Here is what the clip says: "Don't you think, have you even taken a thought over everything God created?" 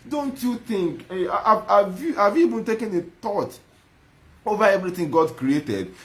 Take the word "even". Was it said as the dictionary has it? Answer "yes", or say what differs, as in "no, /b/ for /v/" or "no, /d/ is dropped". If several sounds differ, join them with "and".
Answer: no, /b/ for /v/